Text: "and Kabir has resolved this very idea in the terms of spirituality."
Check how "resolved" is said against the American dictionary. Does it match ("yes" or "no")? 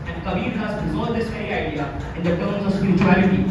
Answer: no